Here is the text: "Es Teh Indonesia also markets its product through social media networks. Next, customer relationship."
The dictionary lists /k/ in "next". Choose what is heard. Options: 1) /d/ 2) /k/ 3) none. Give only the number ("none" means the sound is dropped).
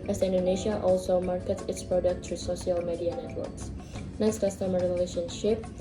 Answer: 3